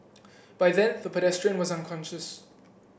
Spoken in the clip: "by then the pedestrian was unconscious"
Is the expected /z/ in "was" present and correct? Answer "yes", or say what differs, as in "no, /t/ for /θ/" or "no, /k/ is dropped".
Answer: yes